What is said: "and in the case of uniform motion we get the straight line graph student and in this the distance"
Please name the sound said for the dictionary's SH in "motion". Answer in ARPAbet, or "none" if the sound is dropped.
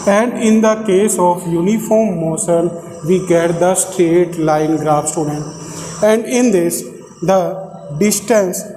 S